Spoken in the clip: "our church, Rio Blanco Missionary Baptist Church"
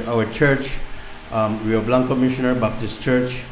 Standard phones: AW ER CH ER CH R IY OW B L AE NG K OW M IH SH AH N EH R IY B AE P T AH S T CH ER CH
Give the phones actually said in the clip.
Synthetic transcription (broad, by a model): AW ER CH ER CH W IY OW B L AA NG K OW M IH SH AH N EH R B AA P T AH S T CH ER CH